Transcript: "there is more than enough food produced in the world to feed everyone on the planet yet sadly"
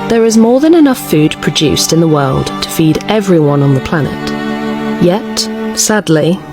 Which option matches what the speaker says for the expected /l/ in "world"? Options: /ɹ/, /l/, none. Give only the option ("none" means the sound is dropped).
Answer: /l/